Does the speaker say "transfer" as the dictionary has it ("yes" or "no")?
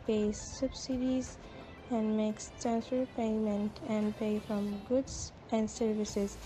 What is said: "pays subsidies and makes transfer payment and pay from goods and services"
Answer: no